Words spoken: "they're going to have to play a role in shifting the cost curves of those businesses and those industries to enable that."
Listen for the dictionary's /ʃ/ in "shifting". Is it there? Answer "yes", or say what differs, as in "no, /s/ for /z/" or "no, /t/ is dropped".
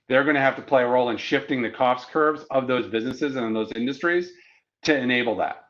yes